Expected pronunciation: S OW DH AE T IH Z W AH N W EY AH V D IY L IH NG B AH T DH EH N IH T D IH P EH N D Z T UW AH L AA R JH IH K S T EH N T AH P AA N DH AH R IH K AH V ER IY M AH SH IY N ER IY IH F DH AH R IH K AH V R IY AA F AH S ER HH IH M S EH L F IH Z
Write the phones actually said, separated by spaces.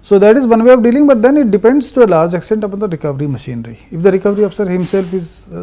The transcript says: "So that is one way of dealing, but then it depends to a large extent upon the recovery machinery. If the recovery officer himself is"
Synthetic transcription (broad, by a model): S OW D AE T IH Z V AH N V EY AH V D IY L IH NG B AH T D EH N IH T D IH P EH N D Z T UW AH L AA R JH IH K S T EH N T AH P AA N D AH R IH K AH V ER IY M AH SH IY N ER IY IH F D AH R IH K AH V R IY AA F AH S ER HH IH M S EH L F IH Z